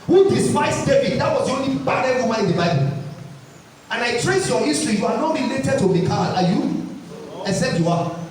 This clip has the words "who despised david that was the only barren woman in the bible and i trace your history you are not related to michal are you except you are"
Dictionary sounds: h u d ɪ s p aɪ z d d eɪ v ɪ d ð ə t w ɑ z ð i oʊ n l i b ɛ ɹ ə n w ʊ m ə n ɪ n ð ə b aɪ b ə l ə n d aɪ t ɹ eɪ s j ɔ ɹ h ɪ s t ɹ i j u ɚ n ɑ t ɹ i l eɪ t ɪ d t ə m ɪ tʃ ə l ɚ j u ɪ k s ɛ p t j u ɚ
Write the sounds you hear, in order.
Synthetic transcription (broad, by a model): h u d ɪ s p aɪ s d d eɪ v ɪ d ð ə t w ɑ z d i oʊ n l i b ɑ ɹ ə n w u m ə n ɪ n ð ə b aɪ b ə l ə n aɪ t ɹ eɪ s j ɔ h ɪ s t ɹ i j u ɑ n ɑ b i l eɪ t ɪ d t ə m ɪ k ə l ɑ j u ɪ s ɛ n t j u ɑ